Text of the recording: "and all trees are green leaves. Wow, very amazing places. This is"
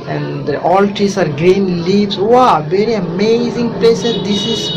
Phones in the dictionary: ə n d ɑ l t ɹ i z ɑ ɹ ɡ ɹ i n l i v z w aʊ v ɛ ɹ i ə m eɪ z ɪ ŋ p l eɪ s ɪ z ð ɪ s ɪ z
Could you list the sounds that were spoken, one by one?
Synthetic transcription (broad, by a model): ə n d ɑ l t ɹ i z ɑ ɹ ɡ ɹ i n l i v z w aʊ v ɛ ɹ i ə m eɪ z ɪ ŋ p l eɪ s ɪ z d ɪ s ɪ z